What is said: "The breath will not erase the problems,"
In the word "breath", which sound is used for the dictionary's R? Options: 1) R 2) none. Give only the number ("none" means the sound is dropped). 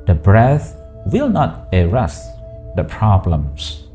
1